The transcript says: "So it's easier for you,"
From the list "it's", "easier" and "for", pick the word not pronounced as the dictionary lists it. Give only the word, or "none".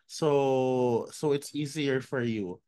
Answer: none